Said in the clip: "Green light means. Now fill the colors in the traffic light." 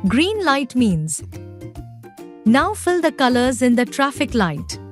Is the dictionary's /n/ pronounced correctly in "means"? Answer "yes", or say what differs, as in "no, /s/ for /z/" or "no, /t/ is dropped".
yes